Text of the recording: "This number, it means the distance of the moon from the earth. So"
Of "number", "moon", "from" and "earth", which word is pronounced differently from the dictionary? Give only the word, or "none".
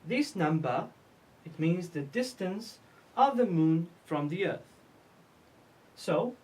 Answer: none